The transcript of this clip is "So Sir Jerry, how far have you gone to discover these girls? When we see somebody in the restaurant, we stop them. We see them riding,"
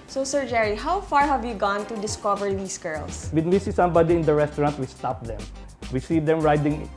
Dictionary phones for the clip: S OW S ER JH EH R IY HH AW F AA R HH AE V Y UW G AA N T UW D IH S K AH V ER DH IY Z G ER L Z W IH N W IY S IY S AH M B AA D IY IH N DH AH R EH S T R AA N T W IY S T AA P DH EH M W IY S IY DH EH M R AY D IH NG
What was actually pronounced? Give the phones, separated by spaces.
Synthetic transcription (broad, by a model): S OW S ER JH EH R IY HH AW F AA R HH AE V Y UW G AA N T UW D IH S K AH V ER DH IY S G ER L S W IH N W IY S IY S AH M B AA D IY IH N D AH R EH S T R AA N T W IY S T AA P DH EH M W IY S IY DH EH M R AY D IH NG